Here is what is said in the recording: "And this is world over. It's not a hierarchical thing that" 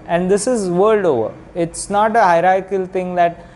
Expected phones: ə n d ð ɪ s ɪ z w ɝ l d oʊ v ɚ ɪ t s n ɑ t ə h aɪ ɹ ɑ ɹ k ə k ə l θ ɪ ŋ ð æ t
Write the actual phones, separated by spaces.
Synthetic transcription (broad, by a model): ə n d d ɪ s ɪ z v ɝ l d oʊ v ɚ ɪ t s n ɑ t ə h aɪ ɹ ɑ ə k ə l t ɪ ŋ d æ t